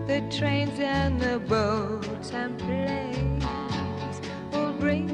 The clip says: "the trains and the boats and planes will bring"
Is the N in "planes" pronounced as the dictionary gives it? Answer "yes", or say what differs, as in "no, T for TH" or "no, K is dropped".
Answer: no, N is dropped